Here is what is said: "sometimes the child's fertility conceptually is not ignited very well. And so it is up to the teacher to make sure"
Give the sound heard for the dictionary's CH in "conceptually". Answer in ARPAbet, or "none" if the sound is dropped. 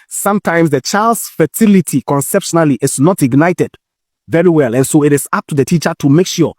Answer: SH